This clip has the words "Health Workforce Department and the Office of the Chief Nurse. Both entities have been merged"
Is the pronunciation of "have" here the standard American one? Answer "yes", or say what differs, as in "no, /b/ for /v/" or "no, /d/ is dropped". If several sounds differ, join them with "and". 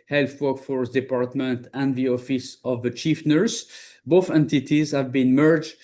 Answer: yes